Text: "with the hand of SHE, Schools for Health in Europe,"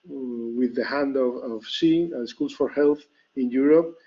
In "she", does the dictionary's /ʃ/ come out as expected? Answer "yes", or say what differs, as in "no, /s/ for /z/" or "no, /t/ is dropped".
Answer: no, /s/ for /ʃ/